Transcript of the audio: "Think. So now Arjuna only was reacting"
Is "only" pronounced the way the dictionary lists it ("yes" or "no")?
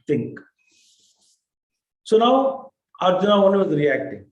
no